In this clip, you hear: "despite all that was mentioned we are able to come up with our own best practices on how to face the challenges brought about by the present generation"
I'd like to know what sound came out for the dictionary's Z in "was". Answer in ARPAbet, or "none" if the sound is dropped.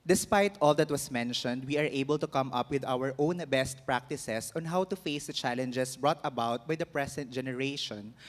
S